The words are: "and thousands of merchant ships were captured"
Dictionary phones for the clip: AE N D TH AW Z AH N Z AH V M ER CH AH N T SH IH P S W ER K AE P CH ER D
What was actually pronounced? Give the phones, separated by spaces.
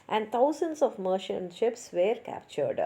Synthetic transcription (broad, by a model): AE N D T AW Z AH N S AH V M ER SH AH N SH IH P S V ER K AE P CH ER D